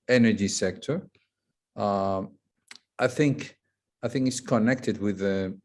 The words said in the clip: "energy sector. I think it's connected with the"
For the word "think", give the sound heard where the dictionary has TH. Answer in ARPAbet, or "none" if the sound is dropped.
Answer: TH